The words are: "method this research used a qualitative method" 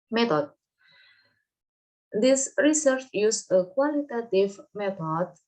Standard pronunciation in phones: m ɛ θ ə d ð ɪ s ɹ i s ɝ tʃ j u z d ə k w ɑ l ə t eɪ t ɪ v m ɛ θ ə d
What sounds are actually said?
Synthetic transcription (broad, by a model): m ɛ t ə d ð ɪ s ɹ i s ɝ tʃ j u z ə k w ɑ l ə t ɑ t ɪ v m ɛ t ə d